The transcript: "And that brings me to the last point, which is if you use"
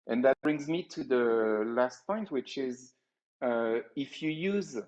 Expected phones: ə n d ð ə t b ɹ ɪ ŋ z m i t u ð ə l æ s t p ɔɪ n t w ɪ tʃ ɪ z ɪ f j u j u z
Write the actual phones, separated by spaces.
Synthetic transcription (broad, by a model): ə n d ð ə t b ɹ ɪ ŋ z m i t u ð ə l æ s t p ɔɪ n t w ɪ tʃ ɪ z ɪ f j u j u z